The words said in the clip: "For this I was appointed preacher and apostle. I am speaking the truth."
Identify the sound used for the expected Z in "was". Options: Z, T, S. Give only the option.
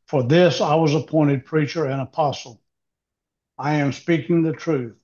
Z